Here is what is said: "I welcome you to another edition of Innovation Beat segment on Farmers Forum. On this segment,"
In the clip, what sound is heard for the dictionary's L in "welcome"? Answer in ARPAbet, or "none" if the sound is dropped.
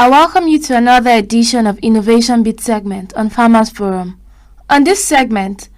L